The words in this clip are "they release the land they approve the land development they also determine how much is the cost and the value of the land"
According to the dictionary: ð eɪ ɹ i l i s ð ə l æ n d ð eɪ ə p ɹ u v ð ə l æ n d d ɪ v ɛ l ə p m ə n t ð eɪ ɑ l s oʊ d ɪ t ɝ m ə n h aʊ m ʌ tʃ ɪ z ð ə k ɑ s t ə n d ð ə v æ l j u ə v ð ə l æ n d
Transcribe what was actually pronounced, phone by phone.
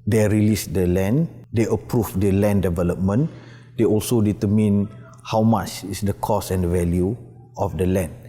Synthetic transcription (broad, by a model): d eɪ ɹ i l i s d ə l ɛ n d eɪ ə p ɹ u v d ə l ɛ n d d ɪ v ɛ l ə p m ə n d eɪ ɑ l s oʊ d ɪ t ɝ m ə n h aʊ m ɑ tʃ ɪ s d ə k ɑ s ə n d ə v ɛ l j u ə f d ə l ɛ n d